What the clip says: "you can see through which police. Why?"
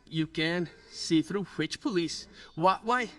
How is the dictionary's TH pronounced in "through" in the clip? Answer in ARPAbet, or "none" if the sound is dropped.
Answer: TH